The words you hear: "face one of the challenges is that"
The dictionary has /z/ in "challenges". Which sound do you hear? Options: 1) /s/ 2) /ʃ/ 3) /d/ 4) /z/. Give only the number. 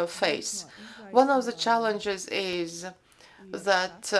4